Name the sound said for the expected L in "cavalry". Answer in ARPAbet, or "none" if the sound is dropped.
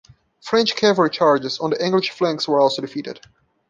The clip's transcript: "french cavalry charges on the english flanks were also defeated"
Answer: none